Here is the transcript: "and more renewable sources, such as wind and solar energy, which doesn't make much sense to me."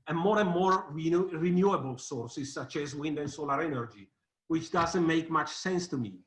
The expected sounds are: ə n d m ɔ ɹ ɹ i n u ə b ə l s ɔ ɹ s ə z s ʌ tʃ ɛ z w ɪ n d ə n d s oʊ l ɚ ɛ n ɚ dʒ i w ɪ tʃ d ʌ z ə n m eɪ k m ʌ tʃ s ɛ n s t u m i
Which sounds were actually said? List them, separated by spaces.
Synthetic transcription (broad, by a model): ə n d m ɔ ɹ ɹ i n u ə b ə l s ɔ ɹ s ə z s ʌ tʃ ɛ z w ɪ n d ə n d s oʊ l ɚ ɛ n ɚ dʒ i w ɪ tʃ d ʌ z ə n m eɪ k m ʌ tʃ s ɛ n s t u m i